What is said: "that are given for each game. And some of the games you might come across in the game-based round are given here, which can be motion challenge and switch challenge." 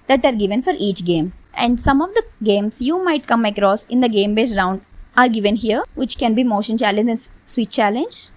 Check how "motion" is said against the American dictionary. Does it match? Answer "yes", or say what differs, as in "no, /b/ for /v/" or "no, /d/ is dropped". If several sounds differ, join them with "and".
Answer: yes